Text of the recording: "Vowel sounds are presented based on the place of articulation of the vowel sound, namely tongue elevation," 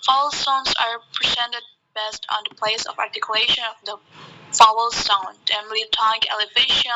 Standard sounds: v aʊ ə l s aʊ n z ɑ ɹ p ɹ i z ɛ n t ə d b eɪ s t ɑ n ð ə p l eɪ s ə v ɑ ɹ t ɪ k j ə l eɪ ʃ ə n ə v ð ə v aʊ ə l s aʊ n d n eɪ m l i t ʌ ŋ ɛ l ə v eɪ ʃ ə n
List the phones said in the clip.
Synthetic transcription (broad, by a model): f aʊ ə l s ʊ n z ɑ ɹ p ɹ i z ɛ n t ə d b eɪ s t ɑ n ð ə p l eɪ s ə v ɑ ɹ t ɪ k j ə l eɪ ʃ ə n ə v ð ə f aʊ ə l s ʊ n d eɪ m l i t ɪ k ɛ l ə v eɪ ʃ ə